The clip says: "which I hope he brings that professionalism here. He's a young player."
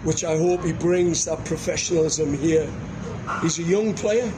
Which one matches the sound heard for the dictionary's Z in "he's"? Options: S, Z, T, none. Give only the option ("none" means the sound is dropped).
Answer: Z